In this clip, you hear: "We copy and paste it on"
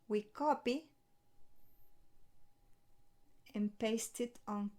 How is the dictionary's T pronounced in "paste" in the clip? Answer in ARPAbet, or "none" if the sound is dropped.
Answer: T